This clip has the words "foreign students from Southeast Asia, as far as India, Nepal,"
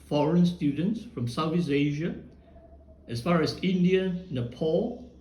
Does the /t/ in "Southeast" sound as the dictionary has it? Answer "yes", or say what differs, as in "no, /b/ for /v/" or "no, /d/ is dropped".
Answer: no, /t/ is dropped